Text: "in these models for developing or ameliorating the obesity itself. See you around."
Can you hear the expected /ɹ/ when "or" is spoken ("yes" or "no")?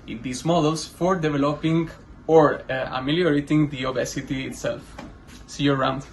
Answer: yes